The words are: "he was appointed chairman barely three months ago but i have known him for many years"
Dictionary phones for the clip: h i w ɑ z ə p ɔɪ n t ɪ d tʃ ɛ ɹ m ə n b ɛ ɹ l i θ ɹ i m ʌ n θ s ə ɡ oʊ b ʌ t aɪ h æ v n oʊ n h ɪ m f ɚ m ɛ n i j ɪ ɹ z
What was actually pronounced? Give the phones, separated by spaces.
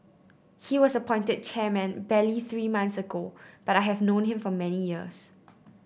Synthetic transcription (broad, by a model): h i w ɑ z ə p ɔɪ n t ɪ d tʃ ɛ m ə n b ɛ l i θ ɹ i m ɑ n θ s ə ɡ oʊ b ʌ t aɪ h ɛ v n oʊ n h ɪ m f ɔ m ɛ n i j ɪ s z